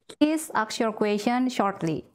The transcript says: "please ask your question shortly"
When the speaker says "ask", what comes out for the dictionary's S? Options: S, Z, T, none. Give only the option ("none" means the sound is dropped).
none